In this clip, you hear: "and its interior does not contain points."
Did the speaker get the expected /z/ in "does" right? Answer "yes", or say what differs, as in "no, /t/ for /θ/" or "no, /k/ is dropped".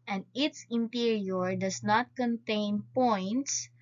no, /s/ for /z/